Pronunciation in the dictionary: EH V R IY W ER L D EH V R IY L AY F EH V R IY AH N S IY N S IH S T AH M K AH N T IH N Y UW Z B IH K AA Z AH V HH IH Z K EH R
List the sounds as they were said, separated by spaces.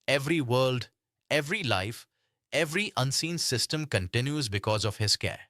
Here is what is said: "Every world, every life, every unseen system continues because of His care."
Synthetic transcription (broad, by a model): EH V R IY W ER L D EH V R IY L AY F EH V R IY AH N S IY N S IH S T AH M K AH N T IH N Y UW Z B IH K AA Z AH V HH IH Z K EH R